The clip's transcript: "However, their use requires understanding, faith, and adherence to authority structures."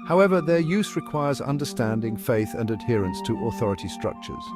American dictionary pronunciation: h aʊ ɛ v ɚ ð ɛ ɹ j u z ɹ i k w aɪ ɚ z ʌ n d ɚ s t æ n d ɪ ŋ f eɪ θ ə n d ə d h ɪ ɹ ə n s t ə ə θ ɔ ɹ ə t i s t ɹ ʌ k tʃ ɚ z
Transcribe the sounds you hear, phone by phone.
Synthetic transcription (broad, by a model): h aʊ ɛ v ɚ ð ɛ ɹ j u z ɹ i k w aɪ ɚ z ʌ n d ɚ s t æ n d ɪ ŋ f eɪ θ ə n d ə d h ɪ ɹ ə n s t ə ə θ ɔ ɹ ə t i s t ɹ ʌ k tʃ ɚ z